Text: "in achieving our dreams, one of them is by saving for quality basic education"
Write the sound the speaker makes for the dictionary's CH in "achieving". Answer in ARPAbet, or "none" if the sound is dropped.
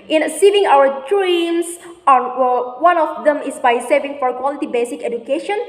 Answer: S